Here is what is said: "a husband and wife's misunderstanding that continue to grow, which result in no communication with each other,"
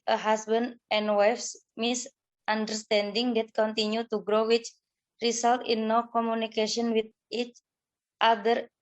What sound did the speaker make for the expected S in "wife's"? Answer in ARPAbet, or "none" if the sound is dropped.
S